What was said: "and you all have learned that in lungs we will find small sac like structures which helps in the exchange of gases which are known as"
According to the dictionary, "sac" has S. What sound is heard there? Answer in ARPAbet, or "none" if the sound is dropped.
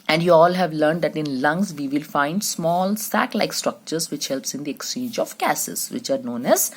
S